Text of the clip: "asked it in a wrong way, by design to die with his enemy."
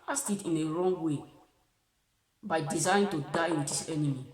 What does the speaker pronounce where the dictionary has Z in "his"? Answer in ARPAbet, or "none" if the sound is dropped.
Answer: S